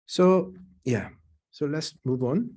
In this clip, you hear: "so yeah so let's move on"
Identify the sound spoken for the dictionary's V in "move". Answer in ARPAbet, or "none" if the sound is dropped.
V